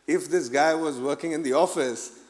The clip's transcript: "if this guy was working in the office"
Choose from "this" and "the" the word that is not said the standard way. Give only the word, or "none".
none